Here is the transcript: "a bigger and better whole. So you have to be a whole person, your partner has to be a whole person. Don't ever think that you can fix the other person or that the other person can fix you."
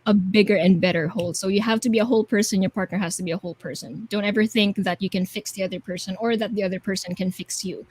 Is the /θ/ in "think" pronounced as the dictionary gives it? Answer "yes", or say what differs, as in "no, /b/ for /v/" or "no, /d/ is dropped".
yes